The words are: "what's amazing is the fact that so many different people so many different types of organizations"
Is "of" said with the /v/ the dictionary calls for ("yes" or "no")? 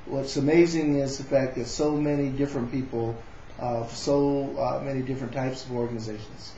yes